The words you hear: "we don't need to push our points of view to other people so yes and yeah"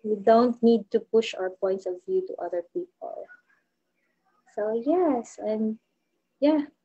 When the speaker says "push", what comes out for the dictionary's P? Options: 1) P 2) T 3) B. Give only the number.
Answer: 1